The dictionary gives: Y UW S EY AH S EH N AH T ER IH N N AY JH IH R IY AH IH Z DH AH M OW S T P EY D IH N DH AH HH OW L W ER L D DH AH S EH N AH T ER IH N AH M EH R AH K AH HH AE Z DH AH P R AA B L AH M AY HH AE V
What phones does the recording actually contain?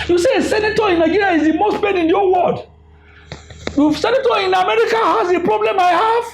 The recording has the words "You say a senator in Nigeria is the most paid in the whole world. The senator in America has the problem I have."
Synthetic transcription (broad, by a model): Y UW S EY AH S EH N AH T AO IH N N AY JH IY R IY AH IH Z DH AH M OW S T B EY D IH N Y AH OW W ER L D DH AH S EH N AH T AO IH N AH M EH R AH K AH HH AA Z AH P R AA B L AH M AY HH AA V